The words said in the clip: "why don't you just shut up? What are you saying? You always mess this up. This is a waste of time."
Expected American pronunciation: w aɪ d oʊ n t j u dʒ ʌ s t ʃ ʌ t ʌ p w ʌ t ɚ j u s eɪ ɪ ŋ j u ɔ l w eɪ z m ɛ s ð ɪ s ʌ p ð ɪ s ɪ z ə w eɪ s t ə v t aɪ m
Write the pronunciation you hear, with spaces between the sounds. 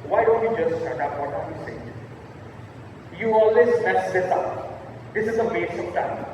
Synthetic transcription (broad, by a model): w aɪ d oʊ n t j u dʒ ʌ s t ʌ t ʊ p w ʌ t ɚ j u s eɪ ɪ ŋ j u ɔ l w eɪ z m ɛ s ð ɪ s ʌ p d ɪ s ɪ z ə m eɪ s ə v t aɪ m